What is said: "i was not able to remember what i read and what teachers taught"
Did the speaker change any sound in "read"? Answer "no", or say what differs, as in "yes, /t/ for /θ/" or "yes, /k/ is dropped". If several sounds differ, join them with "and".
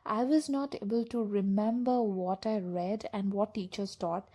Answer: no